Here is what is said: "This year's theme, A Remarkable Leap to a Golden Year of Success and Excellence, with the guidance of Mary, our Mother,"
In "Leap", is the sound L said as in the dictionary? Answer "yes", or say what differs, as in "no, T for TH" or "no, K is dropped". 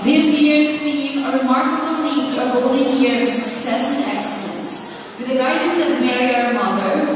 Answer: no, N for L